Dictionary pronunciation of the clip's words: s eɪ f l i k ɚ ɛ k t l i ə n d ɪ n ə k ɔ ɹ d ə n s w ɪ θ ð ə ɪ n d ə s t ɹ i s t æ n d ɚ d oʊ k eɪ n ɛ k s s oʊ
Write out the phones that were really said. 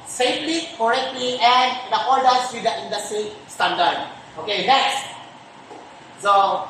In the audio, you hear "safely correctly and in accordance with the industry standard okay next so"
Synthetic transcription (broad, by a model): s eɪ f l i k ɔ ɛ k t l i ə n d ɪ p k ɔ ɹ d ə s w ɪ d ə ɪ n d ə s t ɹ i s t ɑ n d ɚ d oʊ k eɪ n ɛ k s s oʊ